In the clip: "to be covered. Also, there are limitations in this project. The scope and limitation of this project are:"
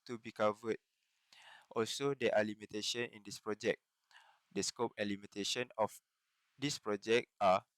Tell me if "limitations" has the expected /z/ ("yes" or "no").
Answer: no